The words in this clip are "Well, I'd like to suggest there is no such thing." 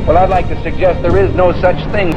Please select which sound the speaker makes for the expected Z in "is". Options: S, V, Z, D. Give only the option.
Z